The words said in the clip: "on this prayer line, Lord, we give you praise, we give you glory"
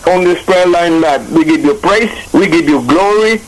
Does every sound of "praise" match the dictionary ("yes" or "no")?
no